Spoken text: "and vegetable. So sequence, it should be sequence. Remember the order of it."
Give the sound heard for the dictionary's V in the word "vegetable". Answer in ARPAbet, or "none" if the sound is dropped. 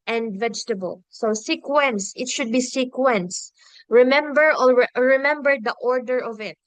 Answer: V